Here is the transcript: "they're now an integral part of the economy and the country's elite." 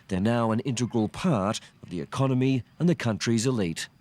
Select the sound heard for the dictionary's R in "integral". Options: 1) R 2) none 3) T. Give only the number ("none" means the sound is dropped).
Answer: 1